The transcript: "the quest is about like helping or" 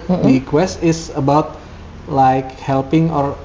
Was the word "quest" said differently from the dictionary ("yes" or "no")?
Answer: no